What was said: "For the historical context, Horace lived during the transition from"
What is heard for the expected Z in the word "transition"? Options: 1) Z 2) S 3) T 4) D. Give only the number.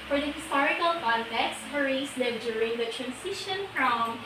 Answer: 2